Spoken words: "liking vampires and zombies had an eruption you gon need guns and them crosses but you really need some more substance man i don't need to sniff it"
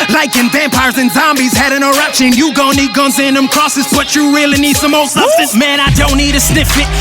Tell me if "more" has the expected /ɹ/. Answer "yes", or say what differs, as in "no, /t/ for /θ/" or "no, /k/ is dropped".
no, /l/ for /ɹ/